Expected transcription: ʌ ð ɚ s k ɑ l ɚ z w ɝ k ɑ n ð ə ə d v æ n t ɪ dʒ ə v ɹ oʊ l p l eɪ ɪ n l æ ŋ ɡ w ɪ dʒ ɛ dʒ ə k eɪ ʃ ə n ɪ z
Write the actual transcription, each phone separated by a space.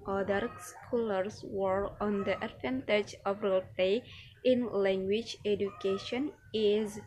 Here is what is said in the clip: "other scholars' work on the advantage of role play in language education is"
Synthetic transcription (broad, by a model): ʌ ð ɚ s k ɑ l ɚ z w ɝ ɑ n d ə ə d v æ n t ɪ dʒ ə v ɹ oʊ l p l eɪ ɪ n l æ ŋ ɡ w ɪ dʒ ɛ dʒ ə k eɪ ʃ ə n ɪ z